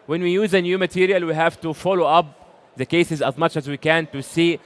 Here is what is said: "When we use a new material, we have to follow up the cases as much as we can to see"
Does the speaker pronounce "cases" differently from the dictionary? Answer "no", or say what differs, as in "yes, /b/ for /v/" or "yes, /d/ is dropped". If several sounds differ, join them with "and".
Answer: no